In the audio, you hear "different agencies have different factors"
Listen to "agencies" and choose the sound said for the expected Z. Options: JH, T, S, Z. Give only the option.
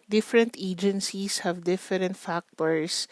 S